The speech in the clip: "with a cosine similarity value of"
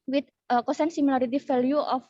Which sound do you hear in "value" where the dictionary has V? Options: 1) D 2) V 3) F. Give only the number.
3